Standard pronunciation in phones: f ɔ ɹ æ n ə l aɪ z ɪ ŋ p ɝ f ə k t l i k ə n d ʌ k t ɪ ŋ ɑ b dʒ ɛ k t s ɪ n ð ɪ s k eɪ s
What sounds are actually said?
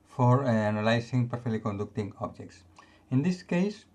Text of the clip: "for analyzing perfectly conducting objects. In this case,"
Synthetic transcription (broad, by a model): f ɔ ɹ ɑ n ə l aɪ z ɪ ŋ p ɝ f ə k t l i k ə n d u k t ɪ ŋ ɑ b dʒ ɛ k t s ɪ n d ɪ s k eɪ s